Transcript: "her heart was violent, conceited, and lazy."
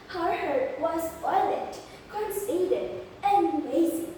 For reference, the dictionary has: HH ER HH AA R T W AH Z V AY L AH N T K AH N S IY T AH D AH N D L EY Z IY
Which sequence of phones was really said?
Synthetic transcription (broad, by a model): HH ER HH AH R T W AH Z F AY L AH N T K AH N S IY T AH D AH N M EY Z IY